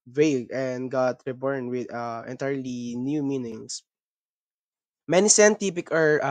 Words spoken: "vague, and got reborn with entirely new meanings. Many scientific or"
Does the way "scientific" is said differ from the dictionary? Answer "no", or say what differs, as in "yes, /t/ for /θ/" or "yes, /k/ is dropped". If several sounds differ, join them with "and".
yes, /p/ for /f/